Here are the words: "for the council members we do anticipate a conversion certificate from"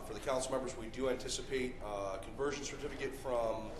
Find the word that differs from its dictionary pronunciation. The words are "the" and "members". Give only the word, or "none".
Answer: none